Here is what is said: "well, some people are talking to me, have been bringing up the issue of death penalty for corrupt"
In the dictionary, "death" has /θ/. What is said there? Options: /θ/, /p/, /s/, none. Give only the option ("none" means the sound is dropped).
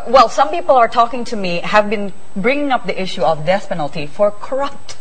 /s/